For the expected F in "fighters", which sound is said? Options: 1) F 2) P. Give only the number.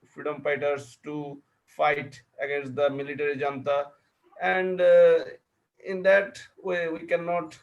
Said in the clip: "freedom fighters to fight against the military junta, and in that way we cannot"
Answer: 2